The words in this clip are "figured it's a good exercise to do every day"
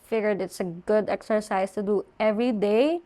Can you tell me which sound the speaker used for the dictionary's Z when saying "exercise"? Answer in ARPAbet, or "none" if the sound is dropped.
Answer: S